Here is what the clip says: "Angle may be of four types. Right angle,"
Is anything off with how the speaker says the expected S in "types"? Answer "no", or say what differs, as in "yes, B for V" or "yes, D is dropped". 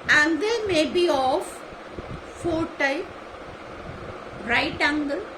yes, S is dropped